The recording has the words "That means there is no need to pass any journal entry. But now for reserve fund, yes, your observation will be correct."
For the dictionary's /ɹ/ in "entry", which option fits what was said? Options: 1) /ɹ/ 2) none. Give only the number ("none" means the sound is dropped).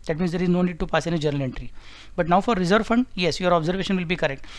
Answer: 1